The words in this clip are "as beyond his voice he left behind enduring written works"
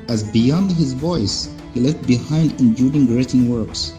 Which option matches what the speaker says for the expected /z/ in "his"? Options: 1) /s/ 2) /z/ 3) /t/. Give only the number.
2